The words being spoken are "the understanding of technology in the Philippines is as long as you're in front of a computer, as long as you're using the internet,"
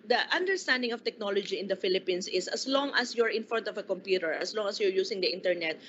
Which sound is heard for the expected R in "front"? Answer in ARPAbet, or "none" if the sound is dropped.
none